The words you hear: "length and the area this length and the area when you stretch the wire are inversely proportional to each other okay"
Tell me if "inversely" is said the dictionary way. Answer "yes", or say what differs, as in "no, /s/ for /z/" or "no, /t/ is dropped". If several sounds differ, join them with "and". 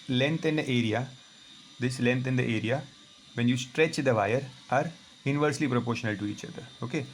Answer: yes